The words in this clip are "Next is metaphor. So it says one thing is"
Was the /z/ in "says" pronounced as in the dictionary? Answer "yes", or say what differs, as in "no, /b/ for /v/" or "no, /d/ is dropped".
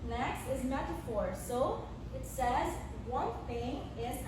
yes